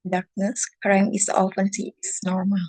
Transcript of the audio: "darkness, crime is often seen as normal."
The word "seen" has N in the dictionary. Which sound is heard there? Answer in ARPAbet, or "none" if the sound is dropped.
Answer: none